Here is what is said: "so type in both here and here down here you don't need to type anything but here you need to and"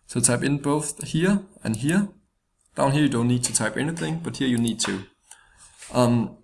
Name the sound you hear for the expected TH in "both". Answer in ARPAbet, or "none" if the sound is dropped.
TH